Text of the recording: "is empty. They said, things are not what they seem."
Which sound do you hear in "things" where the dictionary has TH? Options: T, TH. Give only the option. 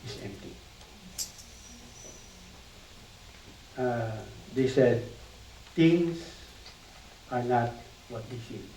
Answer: T